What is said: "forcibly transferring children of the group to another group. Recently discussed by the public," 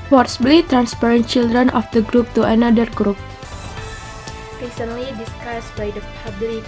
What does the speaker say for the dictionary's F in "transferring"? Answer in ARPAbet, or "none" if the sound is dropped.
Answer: P